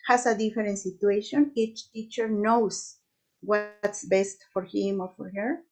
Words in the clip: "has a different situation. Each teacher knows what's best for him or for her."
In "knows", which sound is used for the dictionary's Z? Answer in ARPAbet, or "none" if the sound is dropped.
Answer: S